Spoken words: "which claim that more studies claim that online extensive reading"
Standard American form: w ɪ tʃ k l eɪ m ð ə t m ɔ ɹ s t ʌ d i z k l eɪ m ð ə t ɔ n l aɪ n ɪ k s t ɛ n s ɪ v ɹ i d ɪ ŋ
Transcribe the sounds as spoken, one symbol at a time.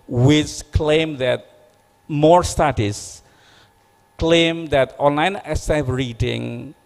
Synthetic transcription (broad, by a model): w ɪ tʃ k l eɪ m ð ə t m ɔ ɹ s t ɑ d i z k l eɪ m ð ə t ɔ n l aɪ n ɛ s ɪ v ɹ i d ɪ ŋ